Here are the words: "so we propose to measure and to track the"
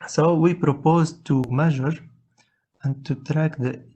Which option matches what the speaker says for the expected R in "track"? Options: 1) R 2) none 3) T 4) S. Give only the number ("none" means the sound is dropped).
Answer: 1